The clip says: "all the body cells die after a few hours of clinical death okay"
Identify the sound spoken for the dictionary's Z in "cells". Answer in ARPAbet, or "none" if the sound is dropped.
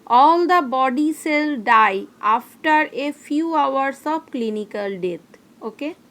none